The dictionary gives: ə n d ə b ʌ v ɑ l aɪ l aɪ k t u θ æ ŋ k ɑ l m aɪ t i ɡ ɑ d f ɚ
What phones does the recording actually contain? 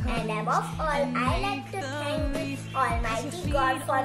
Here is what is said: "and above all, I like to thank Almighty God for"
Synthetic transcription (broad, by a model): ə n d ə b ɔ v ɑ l aɪ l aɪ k t u s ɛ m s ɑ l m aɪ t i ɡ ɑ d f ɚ